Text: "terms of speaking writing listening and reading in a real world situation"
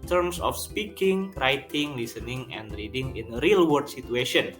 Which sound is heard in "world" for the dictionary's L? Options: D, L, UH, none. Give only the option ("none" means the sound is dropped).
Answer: none